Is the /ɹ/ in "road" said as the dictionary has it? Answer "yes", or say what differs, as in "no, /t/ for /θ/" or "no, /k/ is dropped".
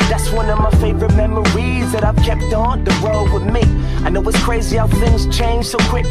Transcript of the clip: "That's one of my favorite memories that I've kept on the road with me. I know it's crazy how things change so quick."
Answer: no, /w/ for /ɹ/